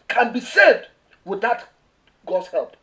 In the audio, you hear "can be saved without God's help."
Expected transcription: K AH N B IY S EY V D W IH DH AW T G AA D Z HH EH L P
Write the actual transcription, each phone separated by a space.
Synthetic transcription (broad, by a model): K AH N B IY S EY D W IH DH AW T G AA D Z HH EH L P